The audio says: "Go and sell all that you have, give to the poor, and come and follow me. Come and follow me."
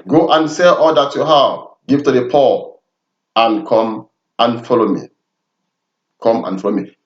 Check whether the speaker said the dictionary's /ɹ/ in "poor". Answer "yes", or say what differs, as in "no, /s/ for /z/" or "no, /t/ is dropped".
no, /l/ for /ɹ/